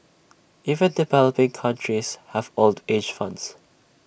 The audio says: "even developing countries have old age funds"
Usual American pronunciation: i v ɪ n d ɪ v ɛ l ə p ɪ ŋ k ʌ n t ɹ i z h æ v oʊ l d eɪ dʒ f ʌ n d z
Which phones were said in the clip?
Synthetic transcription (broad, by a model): i v ɪ n d ɪ v ɛ l ə p ɪ ŋ k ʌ n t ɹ i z h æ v oʊ l d eɪ dʒ f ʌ n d s